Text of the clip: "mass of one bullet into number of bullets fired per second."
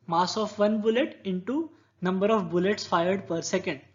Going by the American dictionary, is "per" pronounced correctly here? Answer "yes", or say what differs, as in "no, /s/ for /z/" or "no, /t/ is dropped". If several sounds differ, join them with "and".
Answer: yes